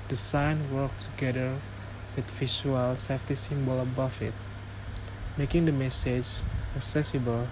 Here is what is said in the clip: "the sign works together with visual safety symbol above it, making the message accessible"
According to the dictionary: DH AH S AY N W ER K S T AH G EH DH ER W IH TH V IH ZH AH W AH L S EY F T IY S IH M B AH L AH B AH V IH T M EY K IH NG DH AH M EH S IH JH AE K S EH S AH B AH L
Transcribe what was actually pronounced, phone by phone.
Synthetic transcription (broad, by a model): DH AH S AY N W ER K T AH G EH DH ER W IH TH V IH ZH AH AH L S EY F T IY S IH M B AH L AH B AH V IH T M EY K IH NG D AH M EH S IH JH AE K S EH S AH B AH L